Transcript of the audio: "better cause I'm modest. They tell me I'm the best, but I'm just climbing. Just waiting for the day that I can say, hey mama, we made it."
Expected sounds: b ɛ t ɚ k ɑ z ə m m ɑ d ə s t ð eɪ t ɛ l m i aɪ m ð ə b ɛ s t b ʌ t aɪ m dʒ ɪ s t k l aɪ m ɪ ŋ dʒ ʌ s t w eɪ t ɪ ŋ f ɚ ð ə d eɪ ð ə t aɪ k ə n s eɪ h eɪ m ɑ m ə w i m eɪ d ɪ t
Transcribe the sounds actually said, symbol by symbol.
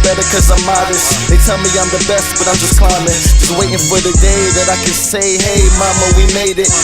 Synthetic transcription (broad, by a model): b ɛ t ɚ k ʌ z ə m m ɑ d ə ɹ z ð eɪ t ɛ l m i aɪ m ð ə b ɛ s t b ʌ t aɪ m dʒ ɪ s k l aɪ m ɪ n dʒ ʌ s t w eɪ t ɪ ŋ f ɚ ð ə d eɪ ð ə t aɪ k ə n s eɪ h eɪ m ɑ m ə w i m eɪ d ɪ t